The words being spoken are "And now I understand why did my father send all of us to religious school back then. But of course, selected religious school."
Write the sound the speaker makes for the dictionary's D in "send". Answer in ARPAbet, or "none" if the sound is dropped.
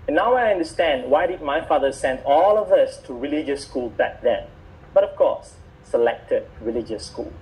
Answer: D